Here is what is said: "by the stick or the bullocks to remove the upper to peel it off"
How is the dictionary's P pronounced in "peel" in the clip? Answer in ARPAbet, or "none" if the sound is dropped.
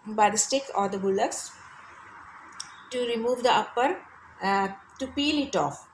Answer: P